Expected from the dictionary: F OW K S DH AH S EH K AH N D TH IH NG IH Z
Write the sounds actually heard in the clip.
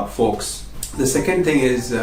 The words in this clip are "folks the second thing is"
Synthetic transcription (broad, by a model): F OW K S DH AH S EH K AH N D TH IH NG IH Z